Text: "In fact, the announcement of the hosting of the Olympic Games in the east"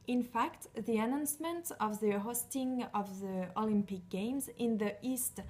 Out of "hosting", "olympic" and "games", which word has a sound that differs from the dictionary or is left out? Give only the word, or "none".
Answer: none